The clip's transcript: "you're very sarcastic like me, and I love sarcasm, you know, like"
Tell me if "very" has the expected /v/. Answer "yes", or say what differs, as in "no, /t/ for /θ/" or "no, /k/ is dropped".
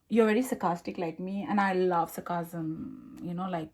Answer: yes